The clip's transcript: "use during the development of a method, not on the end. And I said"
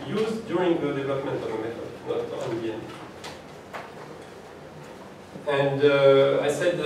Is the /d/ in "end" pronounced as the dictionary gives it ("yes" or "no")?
no